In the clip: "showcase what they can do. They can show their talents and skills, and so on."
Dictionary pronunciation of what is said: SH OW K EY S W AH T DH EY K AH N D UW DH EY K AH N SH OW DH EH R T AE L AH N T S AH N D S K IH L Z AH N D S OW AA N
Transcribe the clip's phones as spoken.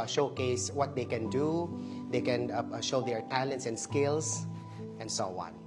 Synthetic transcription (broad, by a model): SH OW K EY S W AH T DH EY K AH N D UW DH EY K AH N SH OW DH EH R T AE L AH N T S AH N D S K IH L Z AH N D S OW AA N